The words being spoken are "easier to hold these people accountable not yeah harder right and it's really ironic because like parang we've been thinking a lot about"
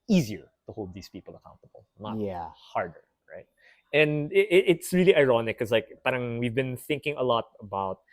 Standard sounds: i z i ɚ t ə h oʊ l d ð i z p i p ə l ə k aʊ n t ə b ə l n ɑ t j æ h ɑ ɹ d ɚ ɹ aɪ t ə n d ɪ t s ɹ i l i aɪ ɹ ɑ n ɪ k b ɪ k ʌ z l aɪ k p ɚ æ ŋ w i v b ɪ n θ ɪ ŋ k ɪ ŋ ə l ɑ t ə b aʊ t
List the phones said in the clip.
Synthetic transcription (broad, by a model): i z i ɚ t ə h oʊ l d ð i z p i p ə l ə k aʊ n t ə b ə l n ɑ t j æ h ɑ ɹ d ɚ ɹ aɪ t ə n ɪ ɪ t s ɹ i l i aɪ ɹ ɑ n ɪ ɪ k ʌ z l aɪ k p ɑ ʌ ŋ w i v b ɪ n θ ɪ ŋ k ɪ ŋ ə l ɑ t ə b aʊ t